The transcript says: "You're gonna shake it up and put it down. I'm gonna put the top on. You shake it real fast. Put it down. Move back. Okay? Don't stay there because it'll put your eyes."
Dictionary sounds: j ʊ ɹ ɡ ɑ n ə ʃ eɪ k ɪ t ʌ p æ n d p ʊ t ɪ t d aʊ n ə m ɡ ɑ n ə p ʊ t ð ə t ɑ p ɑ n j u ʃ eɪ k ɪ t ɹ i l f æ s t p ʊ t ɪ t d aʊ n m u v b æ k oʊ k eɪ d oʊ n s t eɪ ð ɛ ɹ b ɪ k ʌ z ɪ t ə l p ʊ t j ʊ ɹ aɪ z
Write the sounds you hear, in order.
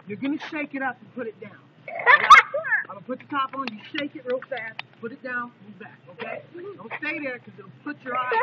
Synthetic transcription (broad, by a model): j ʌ ɹ ɡ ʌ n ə ʃ eɪ k ɪ t ʌ p n p ʊ t ɪ t d aʊ n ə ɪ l p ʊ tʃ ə t ɑ p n j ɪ ʃ eɪ k ɪ t ɹ i l f æ s t p ʊ t ɪ t d aʊ n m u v b æ k oʊ k eɪ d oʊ l s t eɪ ð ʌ ɹ k ʌ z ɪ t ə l p ʊ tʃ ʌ ɹ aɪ